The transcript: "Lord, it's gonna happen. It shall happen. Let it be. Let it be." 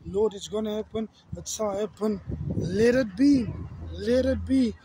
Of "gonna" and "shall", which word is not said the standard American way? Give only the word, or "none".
shall